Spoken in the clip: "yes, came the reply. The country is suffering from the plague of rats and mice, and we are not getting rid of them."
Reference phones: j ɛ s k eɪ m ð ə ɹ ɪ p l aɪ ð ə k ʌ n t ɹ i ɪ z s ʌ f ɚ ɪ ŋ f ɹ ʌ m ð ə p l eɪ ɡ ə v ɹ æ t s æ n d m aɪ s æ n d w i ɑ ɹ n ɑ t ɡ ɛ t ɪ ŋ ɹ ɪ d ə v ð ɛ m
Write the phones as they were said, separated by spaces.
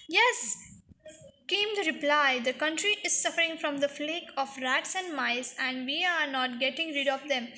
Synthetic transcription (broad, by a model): j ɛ s k eɪ m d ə ɹ ɪ p l aɪ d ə k ʌ n t ɹ i ɪ z s ʌ f ɚ ɪ ŋ f ɹ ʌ m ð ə f l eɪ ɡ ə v ɹ æ t s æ n d m aɪ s æ n d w i ɑ ɹ n ɑ t ɡ ɛ t ɪ ŋ ɹ ɪ d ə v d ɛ m